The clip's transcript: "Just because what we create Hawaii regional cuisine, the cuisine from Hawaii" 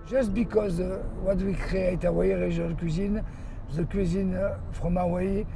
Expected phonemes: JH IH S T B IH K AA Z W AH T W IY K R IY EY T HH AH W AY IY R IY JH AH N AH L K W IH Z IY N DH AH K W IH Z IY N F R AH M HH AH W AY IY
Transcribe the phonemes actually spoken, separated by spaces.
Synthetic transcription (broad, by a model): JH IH S T B IH K AA Z W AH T W IY K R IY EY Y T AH W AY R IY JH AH L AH K W IH Z IY N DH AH K W IH Z IY N F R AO M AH W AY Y